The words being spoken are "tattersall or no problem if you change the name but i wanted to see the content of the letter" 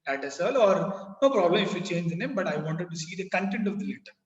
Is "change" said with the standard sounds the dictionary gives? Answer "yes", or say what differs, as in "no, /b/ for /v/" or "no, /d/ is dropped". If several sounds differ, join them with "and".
yes